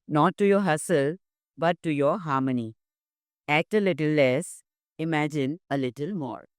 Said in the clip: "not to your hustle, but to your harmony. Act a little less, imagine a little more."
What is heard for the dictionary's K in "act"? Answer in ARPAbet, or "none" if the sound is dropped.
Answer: K